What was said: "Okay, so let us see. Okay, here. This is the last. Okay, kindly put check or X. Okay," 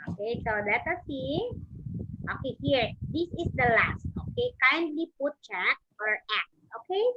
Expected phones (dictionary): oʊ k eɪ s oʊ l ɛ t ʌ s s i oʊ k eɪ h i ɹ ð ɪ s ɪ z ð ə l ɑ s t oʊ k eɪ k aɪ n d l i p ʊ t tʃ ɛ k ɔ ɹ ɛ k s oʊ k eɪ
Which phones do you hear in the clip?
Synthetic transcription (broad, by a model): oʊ k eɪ s oʊ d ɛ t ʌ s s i oʊ k eɪ h i ɹ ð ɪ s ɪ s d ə l ɑ s t oʊ k eɪ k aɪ n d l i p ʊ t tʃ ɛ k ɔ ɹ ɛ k oʊ k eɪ